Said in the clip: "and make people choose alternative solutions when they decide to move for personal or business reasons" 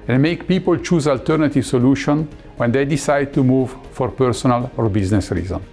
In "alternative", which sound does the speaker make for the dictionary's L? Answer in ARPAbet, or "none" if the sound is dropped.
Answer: L